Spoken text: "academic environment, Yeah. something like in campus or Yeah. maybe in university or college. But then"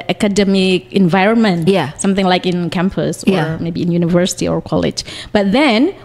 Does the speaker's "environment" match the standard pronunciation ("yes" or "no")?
yes